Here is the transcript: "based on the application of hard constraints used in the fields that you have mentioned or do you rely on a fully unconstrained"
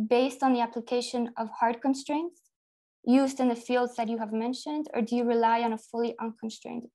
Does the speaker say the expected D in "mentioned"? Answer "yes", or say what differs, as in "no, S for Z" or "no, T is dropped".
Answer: yes